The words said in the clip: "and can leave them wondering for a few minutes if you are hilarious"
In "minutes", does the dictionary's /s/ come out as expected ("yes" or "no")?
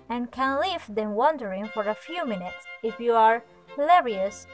yes